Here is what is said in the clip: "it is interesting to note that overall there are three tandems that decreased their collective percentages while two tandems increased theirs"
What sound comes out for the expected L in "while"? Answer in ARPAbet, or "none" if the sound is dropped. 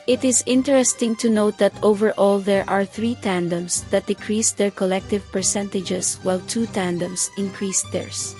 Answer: L